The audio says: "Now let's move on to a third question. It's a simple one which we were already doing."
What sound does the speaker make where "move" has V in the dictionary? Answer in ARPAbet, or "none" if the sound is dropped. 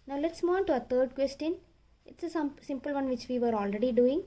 none